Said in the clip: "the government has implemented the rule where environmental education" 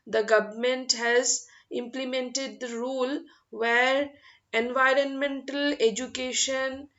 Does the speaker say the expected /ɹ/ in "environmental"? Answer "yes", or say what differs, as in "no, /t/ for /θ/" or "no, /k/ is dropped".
yes